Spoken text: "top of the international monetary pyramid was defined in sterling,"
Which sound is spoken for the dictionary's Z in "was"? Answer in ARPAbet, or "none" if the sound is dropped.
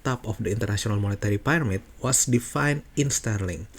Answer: S